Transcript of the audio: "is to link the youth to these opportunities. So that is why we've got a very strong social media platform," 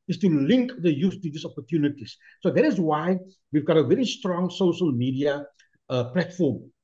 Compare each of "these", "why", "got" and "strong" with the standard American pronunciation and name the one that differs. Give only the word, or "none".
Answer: these